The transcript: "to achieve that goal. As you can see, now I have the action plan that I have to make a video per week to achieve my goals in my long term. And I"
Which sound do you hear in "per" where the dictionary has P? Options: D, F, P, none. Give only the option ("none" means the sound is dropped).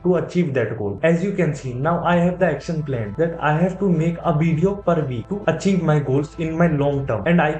P